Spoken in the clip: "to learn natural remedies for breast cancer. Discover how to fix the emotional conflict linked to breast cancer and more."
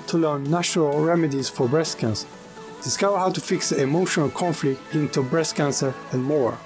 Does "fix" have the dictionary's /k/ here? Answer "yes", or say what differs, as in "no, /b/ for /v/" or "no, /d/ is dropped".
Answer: yes